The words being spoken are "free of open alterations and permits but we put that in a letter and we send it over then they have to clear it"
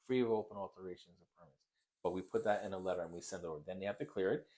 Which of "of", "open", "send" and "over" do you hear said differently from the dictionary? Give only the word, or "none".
none